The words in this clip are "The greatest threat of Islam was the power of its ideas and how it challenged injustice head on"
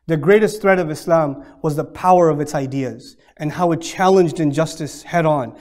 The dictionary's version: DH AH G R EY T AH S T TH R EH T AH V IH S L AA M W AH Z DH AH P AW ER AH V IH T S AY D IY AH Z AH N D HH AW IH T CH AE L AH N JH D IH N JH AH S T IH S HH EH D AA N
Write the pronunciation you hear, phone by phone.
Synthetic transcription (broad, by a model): DH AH G R EY T AH S T TH R EH T AH V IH S L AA M W AH Z DH AH P AW ER AH V IH T S AY D IY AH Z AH N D HH AW IH T CH AE L AH N JH D IH N JH AH S T IH S HH EH D N